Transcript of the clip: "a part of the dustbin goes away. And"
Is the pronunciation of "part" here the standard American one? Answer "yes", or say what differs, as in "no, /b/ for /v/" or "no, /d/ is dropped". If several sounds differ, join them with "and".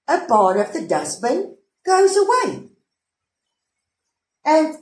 no, /b/ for /p/